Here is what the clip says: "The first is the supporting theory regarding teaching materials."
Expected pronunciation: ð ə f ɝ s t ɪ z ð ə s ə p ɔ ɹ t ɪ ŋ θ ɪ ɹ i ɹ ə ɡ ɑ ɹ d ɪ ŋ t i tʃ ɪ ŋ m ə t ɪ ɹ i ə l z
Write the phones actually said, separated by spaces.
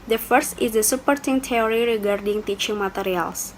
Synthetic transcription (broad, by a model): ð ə f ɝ s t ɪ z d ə s ə p ɔ ɹ t ɪ ŋ t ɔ ɹ i ɹ ə ɡ ɑ ɹ d ɪ ŋ t i tʃ ɪ ŋ m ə t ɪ ɹ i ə l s